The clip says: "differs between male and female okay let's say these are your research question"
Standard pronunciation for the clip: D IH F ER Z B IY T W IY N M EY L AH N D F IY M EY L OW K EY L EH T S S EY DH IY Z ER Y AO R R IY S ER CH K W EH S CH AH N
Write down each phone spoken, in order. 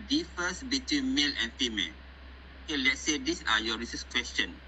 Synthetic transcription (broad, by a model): D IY F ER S B IY T W IY N M EY L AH N F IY M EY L OW K EY L EH T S S EY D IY S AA Y AO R R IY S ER S K W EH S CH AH N